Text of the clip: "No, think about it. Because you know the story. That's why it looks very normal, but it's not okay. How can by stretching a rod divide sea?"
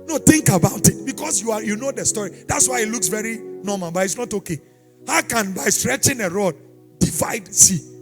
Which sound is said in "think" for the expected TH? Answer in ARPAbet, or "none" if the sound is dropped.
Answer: T